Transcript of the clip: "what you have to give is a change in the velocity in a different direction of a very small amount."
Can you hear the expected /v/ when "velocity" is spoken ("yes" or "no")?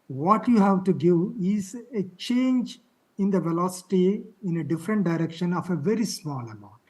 yes